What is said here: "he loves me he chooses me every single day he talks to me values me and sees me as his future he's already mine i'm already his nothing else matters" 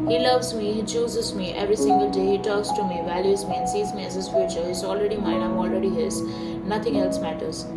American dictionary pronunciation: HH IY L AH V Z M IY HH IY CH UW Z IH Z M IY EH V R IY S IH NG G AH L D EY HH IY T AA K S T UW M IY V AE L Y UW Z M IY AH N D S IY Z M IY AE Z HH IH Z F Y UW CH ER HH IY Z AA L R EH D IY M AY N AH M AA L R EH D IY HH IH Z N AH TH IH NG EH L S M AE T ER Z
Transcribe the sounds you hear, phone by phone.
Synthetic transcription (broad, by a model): HH IY L AH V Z M IY HH IY CH UW Z IH Z M IY EH V R IY S IH NG G AH L D EY HH IY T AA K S T UW M IY V AE L Y UW Z M IY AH N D S IY Z M IY AE Z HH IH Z F Y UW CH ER HH IY Z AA L R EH D IY M AY N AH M AA L R EH D IY HH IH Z N AH T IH NG EH L S M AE T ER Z